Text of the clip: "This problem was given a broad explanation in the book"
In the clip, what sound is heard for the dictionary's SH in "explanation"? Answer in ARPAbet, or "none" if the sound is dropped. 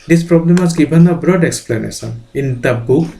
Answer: S